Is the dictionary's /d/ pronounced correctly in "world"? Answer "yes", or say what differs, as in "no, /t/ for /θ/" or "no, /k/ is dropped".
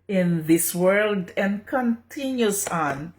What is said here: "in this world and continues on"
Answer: yes